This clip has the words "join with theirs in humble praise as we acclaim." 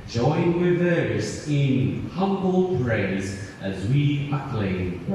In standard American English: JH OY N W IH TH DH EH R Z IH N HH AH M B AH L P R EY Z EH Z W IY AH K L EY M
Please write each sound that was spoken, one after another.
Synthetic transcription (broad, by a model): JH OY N W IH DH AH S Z IH N HH AH M B AH L P R EY Z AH Z W IY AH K L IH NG